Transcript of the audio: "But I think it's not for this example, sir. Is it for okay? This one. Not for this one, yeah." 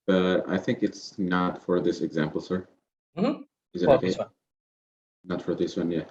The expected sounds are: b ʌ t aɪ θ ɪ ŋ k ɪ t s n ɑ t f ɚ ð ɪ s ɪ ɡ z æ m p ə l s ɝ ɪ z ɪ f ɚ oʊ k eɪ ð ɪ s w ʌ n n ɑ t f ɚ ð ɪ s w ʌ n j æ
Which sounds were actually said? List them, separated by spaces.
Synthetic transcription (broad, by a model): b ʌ t aɪ θ ɪ ŋ k ɪ t s n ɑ t f ɚ ð ɪ s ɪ ɡ z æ m p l s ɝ ɪ z ɪ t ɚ oʊ k eɪ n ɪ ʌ t f ɚ ð ɪ s w ʌ n j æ